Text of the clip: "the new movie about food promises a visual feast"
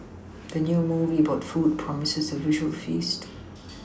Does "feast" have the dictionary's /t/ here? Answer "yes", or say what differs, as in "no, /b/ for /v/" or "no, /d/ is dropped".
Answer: yes